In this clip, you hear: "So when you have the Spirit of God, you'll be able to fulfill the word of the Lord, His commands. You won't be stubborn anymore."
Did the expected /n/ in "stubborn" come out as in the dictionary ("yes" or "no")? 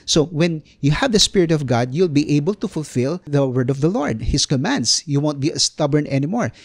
yes